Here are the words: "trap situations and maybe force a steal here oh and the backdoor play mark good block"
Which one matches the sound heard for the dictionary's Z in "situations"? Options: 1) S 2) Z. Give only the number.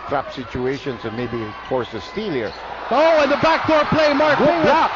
1